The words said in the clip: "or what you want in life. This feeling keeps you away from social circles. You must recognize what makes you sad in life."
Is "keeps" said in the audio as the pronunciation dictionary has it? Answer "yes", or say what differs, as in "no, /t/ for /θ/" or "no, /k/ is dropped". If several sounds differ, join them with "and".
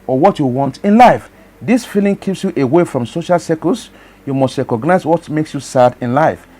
yes